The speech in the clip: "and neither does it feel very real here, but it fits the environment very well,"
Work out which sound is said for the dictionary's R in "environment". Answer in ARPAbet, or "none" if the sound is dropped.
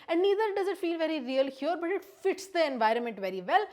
R